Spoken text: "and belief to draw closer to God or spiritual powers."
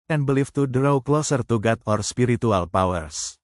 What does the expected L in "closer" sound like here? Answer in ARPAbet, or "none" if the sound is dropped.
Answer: L